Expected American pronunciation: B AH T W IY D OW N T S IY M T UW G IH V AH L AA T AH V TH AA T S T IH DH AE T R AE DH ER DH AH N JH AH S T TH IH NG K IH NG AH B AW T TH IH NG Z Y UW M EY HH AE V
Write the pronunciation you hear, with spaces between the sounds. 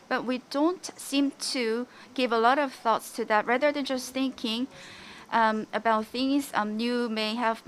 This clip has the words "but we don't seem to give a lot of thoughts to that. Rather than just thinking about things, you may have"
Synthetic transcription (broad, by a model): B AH T W IY D OW N T S IY M T UW G IH V AH L AA T AH V TH AA T S T IH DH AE T R AE DH ER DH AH N JH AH S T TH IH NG K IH NG AH B AW T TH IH NG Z Y UW M EY HH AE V